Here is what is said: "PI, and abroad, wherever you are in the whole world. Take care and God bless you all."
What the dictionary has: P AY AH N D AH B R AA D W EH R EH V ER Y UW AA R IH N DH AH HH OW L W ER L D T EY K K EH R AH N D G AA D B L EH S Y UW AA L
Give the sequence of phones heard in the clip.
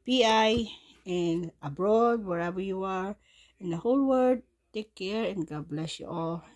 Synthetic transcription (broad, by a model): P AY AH N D AH B R AA D W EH R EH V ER Y UW AA R IH N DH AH HH OW L W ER D T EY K K EH R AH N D G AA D B L EH S Y UW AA L